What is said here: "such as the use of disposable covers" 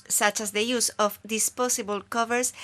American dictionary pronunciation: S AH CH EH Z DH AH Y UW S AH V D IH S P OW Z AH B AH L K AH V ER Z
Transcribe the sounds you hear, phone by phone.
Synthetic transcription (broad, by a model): S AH CH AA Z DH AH Y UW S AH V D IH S P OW S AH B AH L K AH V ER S